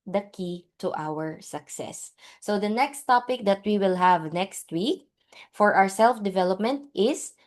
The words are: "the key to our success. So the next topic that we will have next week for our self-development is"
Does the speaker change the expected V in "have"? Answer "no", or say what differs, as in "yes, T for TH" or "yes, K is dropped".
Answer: no